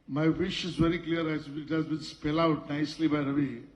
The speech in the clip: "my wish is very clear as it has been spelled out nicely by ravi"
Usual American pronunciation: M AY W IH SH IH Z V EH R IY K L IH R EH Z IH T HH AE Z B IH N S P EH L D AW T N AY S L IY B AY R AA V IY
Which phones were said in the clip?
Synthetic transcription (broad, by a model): M AY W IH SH IH Z V EH R IY K L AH R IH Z IH T HH AE Z B IH N S P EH L AW T N AY S L IY B AY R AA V IY